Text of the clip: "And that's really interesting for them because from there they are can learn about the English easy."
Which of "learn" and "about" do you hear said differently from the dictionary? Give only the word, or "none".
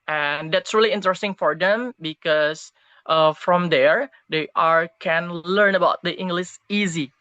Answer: none